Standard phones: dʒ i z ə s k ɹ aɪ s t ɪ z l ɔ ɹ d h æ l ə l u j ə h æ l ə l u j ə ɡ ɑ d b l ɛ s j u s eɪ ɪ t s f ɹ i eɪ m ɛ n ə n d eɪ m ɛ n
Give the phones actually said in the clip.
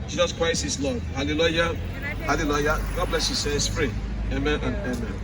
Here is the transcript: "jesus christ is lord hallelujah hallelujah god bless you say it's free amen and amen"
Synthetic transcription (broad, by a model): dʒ i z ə s k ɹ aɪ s ɪ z l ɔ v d h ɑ l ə l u j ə h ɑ l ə l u j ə ɡ ɑ d b l ɛ s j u s eɪ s p ɹ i eɪ m ɛ n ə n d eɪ m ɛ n